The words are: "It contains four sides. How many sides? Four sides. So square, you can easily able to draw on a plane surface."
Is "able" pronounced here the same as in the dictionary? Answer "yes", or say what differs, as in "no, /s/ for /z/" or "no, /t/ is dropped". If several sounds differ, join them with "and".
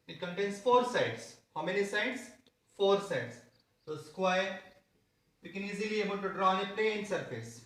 no, /n/ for /l/